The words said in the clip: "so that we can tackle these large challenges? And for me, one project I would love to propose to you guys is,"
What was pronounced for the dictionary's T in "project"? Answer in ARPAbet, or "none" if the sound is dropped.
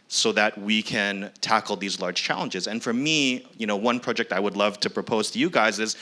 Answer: T